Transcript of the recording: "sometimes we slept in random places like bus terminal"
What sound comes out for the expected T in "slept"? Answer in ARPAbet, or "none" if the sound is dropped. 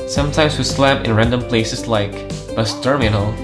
none